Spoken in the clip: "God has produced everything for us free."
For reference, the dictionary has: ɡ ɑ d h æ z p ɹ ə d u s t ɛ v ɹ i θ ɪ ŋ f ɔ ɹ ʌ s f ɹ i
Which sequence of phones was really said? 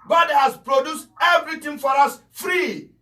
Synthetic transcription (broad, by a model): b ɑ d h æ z p ɹ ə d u s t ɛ v ɹ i t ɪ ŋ f ɔ ɹ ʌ s f ɹ i